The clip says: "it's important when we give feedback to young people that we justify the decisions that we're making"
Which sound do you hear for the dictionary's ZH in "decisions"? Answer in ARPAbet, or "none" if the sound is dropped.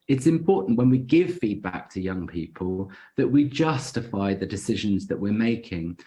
ZH